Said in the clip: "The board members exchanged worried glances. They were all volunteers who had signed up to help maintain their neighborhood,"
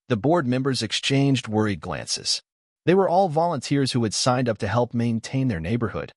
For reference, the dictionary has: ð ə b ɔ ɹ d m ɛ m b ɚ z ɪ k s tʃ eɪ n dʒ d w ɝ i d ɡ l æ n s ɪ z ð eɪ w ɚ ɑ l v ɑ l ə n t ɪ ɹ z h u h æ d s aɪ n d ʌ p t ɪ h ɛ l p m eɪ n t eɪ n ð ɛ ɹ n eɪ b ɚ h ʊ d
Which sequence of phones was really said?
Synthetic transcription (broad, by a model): ð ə b ɔ ɹ d m ɛ m b ɚ z ɪ k s tʃ eɪ n dʒ d w ɝ i d ɡ l æ n s ɪ z ð eɪ w ɚ ɑ l v ɑ l ə n t ɪ ɹ z h u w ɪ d s aɪ n d ʌ p t ɪ h ɛ l p m eɪ n t eɪ n ð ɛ ɹ n eɪ b ɚ h ʊ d